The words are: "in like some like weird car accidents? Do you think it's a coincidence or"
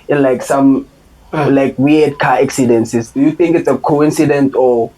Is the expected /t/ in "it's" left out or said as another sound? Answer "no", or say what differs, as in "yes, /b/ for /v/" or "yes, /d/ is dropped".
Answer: no